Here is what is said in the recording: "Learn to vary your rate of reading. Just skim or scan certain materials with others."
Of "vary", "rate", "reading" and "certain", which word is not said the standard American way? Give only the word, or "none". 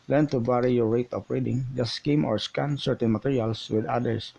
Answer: vary